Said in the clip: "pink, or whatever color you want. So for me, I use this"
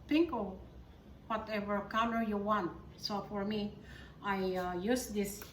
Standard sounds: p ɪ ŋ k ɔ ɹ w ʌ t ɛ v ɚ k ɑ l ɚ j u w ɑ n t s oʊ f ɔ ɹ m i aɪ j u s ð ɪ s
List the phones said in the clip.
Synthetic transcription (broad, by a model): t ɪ ŋ k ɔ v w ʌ t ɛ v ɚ k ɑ n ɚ j u w ɑ n t s oʊ f ɔ ɹ m i aɪ j u s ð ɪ s